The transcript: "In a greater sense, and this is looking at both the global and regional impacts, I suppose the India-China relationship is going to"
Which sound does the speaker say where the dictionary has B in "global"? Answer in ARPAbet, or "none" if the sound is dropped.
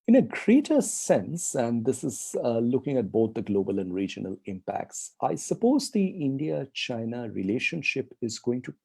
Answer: B